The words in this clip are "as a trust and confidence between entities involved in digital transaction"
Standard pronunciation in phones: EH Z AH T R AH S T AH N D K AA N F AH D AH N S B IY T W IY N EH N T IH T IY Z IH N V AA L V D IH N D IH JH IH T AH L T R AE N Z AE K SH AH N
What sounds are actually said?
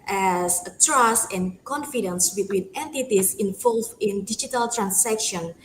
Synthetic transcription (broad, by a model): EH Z AH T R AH S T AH N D K AA N F AH D AH N S B IY T W IY N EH N T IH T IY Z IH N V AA L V IH N D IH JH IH T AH L T R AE N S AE K SH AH N